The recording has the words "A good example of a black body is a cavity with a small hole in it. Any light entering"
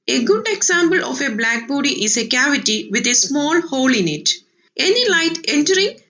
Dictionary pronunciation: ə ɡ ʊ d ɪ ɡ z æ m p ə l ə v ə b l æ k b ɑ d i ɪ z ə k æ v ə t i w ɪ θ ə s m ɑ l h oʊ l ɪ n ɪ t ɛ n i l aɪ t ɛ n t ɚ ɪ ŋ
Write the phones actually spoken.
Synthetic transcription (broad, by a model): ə ɡ ʊ d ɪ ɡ s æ m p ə l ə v ə b l æ k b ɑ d i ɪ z ə k æ v ə t i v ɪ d ə s m ɑ l h oʊ l ɪ n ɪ t ɛ n i l aɪ t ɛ n t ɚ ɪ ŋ